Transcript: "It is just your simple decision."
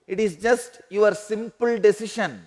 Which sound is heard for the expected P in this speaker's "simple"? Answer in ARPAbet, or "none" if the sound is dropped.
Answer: P